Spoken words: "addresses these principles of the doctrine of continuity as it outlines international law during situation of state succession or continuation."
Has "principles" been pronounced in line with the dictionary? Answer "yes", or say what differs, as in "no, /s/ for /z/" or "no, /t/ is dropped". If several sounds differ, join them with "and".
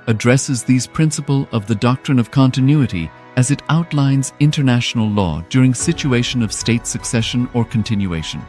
no, /z/ is dropped